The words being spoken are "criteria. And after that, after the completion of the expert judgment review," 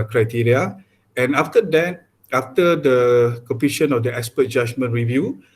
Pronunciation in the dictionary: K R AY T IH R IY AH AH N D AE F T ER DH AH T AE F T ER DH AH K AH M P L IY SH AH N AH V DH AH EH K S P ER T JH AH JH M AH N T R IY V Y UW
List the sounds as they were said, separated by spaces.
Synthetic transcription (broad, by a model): K R AY T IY R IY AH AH N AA F T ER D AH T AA F T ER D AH K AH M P IY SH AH N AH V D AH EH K S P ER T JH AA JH M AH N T R IY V Y UW